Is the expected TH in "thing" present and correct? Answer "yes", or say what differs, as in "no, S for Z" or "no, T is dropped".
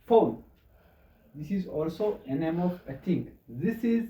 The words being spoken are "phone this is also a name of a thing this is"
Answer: no, T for TH